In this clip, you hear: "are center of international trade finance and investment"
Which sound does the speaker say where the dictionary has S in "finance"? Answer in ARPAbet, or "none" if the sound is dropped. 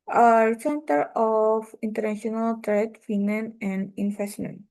none